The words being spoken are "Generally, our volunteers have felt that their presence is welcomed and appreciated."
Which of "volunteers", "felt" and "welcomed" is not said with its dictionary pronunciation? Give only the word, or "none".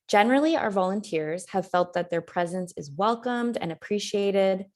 none